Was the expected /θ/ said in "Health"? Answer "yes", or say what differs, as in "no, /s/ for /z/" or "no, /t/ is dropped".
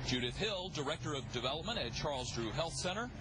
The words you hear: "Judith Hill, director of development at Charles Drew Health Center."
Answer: yes